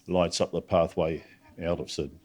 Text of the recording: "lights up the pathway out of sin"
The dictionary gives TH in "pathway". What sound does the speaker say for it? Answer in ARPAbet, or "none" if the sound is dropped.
TH